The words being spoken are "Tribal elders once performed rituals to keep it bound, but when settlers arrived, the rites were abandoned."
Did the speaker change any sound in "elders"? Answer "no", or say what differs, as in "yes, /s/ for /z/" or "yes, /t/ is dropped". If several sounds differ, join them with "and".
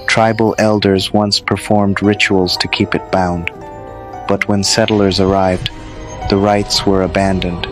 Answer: no